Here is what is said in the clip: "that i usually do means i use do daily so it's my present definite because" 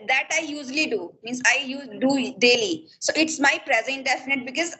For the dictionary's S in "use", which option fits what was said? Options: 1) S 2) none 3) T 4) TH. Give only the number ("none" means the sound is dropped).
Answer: 2